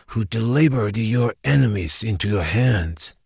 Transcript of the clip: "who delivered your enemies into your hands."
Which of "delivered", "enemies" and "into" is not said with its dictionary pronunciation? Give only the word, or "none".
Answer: delivered